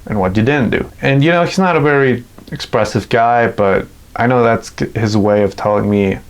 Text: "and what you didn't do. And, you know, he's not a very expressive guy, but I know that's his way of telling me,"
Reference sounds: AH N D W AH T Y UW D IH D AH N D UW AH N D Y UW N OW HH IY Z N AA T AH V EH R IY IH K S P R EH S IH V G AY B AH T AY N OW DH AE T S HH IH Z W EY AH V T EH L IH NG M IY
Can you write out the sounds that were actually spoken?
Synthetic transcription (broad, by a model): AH N W AH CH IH D IH D N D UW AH N Y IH N OW HH IY Z N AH T AH V EH R IY IH K S P R EH S IH V G AY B AH T AY N OW DH AE T S HH IH Z W EY AH V T EH L IH NG M IY